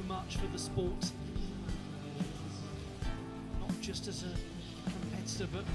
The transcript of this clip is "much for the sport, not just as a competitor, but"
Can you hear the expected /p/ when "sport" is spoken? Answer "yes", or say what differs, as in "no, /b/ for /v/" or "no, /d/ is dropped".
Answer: yes